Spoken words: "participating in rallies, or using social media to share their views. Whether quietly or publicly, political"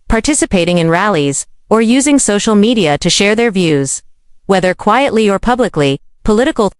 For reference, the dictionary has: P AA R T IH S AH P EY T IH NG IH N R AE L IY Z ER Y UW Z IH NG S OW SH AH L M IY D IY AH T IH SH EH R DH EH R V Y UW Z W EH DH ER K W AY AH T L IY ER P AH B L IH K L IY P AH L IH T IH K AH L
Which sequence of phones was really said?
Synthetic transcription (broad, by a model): P AA R T IH S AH P EY T IH NG IH N R AE L IY Z ER Y UW Z IH NG S OW SH L M IY D IY AH T IH SH EH R DH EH R V Y UW Z W EH DH ER K W AY AH T L IY ER P AH B L IH K L IY P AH L IH T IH K L